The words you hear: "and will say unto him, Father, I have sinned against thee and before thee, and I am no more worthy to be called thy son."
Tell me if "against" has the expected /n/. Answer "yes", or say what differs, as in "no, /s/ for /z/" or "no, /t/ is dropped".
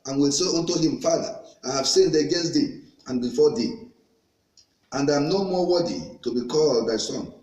no, /n/ is dropped